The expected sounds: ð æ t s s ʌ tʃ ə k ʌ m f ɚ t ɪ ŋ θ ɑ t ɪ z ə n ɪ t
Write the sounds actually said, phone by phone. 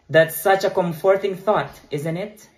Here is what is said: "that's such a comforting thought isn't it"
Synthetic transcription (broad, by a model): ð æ t s s ʌ tʃ ə k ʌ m f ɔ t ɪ ŋ θ ɑ t ɪ z ə n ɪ t